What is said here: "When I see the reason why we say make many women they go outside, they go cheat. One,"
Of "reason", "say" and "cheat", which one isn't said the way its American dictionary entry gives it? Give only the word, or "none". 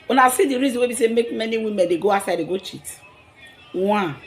none